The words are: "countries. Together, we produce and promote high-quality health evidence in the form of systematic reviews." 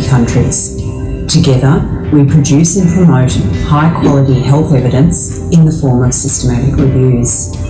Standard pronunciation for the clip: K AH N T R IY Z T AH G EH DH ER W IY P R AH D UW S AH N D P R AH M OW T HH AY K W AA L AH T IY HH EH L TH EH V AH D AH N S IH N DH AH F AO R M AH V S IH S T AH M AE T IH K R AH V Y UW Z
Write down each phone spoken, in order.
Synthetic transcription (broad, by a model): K AH N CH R IY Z T AH G EH DH ER W IY P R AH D UW S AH N P R AH M OW T HH AY K W AA L AH T IY HH EH L TH EH V AH D AH N S IH N DH AH F AO R M AH V S IH S T AH M AE T IH K R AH V Y UW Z